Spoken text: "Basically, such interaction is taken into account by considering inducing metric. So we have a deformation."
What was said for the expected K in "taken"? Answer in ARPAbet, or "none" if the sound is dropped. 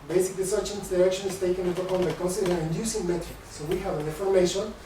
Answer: none